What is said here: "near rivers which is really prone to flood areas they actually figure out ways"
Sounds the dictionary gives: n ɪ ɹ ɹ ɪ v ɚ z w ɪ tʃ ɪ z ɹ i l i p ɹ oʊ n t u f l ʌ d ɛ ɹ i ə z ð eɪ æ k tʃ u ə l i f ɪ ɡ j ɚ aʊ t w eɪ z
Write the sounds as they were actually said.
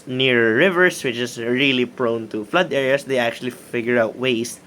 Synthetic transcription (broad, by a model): n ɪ ɹ ɹ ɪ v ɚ s w ɪ tʃ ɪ s ɹ i l i p ɹ oʊ n t u f l ʌ d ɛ ɹ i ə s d eɪ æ k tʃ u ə l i f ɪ ɡ j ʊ aʊ t w eɪ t